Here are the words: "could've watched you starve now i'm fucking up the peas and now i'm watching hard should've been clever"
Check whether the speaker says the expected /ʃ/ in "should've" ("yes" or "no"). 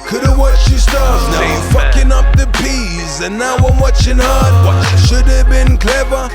yes